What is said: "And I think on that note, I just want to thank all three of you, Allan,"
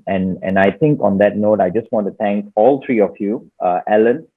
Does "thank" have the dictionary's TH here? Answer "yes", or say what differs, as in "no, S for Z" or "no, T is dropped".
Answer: no, T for TH